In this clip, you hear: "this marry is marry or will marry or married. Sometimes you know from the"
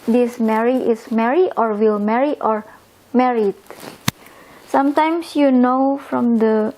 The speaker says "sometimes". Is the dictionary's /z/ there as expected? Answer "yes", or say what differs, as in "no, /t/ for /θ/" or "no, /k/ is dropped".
no, /s/ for /z/